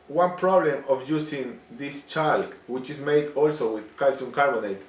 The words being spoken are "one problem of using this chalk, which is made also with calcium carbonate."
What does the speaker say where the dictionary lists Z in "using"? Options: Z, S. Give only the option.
S